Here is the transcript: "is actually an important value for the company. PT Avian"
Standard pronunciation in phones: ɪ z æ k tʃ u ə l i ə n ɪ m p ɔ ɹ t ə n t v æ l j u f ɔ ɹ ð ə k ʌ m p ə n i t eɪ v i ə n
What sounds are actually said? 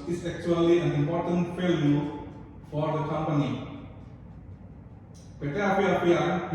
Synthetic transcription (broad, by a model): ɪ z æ k tʃ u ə l i ə n ɪ m p ɔ ɹ t ə n t f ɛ l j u f ɔ ɹ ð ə k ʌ m p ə n i t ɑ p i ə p